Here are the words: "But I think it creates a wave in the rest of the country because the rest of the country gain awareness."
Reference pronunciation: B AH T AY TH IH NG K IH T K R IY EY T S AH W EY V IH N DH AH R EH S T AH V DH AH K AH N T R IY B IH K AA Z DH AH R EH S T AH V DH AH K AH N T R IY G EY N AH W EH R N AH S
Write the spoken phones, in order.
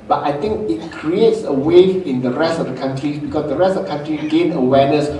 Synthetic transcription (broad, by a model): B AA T AY T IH NG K IH T K R IY EY T S AH W EY IH N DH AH R EH S T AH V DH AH K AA N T R IY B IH K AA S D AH R EH S T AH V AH K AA N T R IY G EY N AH W EH N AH S